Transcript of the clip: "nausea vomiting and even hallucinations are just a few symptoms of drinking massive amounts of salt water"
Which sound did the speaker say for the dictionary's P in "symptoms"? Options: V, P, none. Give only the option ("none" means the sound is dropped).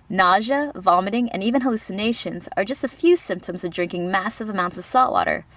P